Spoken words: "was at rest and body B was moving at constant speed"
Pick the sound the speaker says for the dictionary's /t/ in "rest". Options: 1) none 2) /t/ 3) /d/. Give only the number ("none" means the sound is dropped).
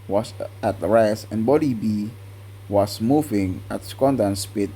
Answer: 1